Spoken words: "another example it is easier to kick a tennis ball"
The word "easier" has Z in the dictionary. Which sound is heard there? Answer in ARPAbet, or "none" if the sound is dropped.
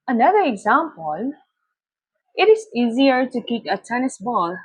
Z